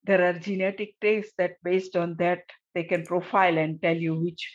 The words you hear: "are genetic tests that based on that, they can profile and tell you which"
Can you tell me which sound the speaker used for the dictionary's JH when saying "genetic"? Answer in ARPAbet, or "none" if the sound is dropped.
JH